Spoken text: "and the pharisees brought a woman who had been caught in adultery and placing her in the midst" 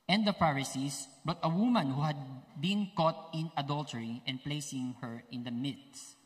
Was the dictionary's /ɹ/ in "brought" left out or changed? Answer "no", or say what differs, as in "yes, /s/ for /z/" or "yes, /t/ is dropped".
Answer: yes, /ɹ/ is dropped